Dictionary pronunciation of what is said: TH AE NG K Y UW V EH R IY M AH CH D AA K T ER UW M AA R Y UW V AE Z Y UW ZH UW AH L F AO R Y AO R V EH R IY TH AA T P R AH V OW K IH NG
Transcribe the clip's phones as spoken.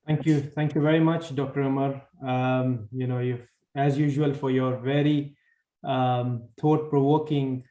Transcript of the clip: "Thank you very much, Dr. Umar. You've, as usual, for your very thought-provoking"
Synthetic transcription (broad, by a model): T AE NG K Y UW V EH R IY M AH CH D AA K T ER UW M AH R Y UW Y AE Z Y UW ZH UW AH L F AO R Y AO R V EH R IY T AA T P R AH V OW K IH NG